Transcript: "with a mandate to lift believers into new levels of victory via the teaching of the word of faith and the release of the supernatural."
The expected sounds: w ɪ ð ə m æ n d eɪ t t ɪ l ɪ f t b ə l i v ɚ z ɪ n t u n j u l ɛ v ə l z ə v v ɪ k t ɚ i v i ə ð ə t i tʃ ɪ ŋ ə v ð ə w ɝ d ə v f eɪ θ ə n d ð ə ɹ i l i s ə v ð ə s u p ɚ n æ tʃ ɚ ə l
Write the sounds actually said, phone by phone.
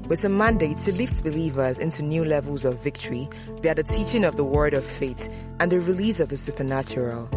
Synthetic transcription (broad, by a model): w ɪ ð ə m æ n d eɪ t t ɪ l ɪ f t b ə l i v ɚ z ɪ n t u n j u l ɛ v ə l z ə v v ɪ k t ɚ i b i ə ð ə t i tʃ ɪ ŋ ə v ð ə w ɝ d ə v f eɪ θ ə n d ð ə ɹ i l i s ə v ð ə s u p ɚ n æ tʃ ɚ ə l